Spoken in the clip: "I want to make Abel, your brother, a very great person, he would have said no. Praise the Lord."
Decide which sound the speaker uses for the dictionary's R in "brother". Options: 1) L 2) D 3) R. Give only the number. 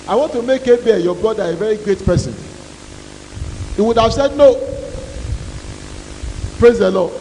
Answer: 1